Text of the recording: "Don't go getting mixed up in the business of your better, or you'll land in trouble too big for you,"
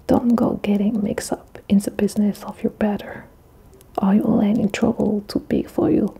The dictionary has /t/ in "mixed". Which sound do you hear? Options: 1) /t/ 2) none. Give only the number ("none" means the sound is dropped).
2